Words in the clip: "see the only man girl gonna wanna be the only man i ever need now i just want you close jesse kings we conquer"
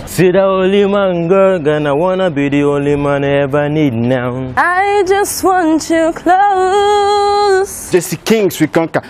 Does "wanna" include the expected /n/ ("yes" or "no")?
yes